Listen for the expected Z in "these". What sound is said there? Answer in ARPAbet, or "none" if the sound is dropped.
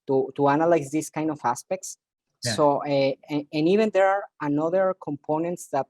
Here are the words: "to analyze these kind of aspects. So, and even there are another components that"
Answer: S